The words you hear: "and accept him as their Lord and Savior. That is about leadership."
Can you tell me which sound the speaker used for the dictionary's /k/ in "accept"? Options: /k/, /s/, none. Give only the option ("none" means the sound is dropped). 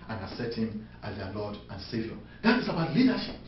none